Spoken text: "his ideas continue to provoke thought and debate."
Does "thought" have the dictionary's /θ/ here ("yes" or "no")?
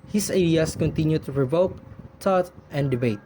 no